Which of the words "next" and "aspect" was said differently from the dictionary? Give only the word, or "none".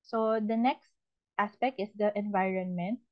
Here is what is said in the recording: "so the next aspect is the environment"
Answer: none